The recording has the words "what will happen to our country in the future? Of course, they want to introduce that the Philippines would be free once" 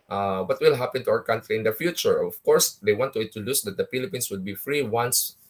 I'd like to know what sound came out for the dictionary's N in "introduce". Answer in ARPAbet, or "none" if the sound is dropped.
none